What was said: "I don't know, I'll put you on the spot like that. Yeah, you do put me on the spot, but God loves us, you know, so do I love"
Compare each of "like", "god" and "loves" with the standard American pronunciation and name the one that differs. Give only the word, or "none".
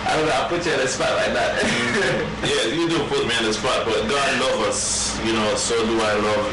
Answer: loves